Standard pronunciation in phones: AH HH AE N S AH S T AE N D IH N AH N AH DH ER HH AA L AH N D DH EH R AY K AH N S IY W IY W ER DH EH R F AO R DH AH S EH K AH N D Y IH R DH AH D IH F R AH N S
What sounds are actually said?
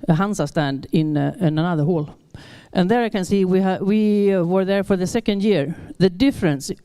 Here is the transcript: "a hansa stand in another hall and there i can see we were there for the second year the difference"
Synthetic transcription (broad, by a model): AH HH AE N S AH S T AE N D IH N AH N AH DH ER HH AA L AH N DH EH R AY K AH N S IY W IY W ER DH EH R F AO R DH AH S EH K AH N D Y IH R DH AH D IH F R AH N S